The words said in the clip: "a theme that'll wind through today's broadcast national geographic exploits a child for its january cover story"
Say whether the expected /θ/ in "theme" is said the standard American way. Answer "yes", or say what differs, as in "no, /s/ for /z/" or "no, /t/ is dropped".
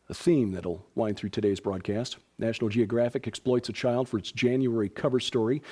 yes